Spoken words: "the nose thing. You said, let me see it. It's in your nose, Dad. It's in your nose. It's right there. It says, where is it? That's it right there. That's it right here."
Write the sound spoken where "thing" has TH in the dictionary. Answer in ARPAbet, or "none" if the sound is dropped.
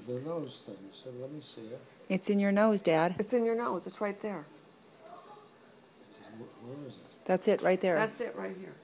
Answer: T